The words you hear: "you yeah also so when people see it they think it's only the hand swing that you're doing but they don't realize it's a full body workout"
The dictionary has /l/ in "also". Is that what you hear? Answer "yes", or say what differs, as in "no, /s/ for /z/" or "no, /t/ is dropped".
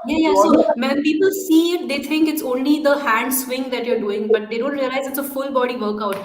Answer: no, /l/ is dropped